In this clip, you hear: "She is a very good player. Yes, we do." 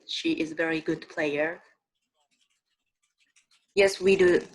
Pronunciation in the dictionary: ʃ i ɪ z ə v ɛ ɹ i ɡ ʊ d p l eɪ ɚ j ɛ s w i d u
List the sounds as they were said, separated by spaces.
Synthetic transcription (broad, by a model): ʃ i ɪ z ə v ɛ ɹ i ɡ ʊ d p l eɪ ɚ j ɛ s w i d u